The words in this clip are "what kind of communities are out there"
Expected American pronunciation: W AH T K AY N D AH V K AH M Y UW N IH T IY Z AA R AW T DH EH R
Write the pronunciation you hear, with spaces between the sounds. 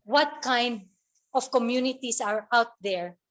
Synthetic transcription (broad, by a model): W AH T K AY N D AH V K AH M Y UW N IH T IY S AA R AW T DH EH R